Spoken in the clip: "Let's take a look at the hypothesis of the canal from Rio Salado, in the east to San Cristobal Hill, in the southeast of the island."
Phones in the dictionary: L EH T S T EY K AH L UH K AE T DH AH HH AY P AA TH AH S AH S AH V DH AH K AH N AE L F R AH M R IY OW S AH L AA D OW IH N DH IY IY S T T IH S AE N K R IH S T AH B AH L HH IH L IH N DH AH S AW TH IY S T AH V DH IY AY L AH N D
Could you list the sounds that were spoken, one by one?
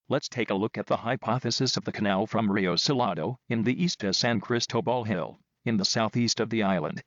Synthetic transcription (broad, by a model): L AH T S T EY K AH L UH K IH T DH AH HH AY P AA TH AH S AH S AH V DH AH K AH N AE L F R AH M R IY OW S AH L AA D OW IH N DH IY IY S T T IH S AE N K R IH S T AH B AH L HH IH L IH N DH AH S AW TH IY S T AH V DH IY AY L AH N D